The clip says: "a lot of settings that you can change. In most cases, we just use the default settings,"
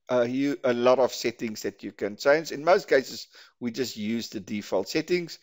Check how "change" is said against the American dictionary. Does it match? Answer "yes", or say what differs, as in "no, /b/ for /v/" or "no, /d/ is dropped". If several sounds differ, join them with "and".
no, /z/ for /dʒ/